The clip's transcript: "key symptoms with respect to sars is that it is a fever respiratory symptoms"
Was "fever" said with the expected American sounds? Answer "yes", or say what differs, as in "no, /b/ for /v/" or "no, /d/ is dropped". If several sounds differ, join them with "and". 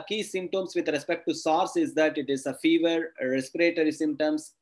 yes